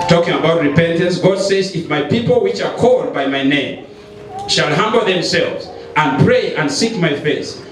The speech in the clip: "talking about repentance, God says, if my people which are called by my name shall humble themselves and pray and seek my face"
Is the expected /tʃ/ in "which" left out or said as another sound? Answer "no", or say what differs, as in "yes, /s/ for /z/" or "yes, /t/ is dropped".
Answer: no